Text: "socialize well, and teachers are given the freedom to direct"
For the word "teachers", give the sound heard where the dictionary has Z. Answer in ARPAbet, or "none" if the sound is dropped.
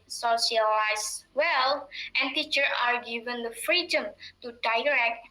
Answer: none